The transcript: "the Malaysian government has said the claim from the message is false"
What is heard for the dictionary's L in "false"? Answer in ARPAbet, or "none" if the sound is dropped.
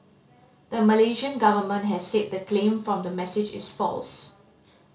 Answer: L